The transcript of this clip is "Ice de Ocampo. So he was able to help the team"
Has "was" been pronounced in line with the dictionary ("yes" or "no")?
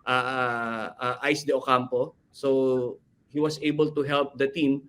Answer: no